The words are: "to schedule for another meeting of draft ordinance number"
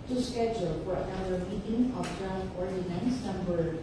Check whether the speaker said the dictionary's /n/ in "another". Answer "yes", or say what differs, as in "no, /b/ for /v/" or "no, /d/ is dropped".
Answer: no, /n/ is dropped